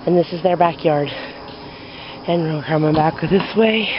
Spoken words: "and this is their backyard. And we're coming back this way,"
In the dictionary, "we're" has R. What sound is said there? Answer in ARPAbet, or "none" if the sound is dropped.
L